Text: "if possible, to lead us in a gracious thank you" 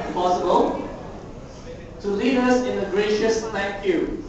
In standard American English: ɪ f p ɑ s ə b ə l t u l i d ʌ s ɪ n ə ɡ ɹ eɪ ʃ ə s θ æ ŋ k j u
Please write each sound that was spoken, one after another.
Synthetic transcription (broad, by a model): p ɑ s ə b ə l t u l i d ʌ s ɪ n ə ɡ ɹ eɪ ʃ ə s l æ k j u